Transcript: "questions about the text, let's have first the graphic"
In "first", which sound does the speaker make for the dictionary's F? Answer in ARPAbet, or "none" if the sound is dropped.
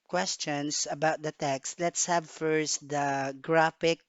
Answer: F